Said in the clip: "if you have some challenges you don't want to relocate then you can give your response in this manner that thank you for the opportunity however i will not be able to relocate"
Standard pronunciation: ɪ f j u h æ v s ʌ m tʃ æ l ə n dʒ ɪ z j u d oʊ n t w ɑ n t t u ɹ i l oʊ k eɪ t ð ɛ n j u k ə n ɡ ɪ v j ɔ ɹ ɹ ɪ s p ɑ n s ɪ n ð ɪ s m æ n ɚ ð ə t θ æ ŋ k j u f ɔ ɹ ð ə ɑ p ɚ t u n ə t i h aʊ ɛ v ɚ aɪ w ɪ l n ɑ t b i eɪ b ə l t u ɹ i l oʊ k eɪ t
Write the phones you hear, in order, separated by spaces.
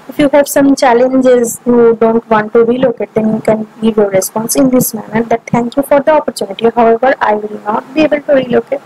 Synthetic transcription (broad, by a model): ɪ f j u h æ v s ʌ m tʃ æ l ə n dʒ ɪ z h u d oʊ n t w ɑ n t t u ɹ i l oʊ k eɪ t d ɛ n j u k ə n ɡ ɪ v j ɔ ɹ ɹ ɪ s p ɑ n s ɪ n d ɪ s m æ n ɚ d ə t t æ ŋ k j u f ɔ ɹ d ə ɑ p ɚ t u n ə t i h aʊ ɛ v ɚ aɪ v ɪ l n ɑ t b i eɪ b ə l t u ɹ i l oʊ k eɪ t